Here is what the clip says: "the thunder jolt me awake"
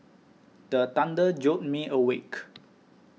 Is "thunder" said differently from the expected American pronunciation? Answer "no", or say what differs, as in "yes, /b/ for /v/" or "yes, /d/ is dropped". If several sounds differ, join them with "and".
yes, /t/ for /θ/